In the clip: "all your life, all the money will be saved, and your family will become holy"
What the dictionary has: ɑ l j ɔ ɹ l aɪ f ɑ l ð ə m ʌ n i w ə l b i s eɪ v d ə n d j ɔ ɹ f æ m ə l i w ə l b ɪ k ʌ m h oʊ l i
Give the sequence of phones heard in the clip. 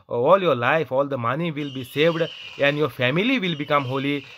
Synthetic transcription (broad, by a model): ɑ l j ɔ ɹ l aɪ f ɑ l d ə m ʌ n i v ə l b i s eɪ v d ə n d j ɔ ɹ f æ m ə l i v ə l b ɪ k ʌ m h oʊ l i